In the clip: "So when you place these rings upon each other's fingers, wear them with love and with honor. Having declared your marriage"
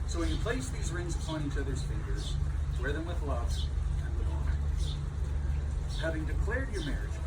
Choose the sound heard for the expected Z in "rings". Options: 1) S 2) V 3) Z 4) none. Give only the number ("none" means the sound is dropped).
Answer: 3